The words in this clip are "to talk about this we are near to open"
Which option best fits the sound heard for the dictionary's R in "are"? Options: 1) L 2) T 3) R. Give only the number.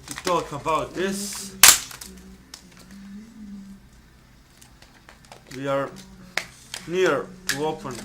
3